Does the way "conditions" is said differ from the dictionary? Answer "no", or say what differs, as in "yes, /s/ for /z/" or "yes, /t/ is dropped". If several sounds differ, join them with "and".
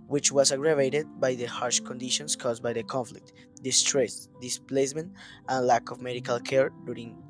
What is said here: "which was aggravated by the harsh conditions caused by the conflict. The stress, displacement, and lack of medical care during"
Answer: yes, /s/ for /z/